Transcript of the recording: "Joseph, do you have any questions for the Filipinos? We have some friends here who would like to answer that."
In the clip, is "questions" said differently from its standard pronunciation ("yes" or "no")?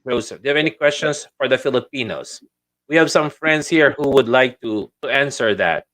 yes